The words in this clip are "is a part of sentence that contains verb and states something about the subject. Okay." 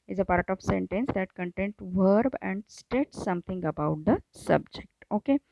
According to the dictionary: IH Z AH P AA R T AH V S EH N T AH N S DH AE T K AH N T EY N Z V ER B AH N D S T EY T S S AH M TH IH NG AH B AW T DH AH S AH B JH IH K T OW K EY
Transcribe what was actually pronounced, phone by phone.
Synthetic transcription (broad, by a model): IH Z AH P AA R T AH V S EH N T AH N S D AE T K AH N T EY N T V ER B AH N D S T EY T S S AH M T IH NG AH B AW T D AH S AH B JH IH K T OW K EY